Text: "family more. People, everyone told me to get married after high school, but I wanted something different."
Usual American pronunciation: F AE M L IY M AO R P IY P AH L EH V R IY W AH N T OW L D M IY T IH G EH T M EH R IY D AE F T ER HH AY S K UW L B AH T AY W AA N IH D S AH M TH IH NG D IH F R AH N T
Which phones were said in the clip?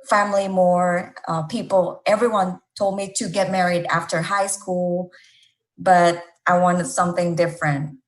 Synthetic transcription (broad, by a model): F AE M L IY M AO R P IY P L EH V R IY W AH N T OW L D M IY T IH G EH T M EH R IY D AE F T ER HH AY S K UW L B AH T AY W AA N S AH M TH IH NG D IH F R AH N T